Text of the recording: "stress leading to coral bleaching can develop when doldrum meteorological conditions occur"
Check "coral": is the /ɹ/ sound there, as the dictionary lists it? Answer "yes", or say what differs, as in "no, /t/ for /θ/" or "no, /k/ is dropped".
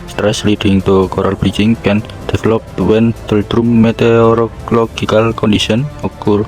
yes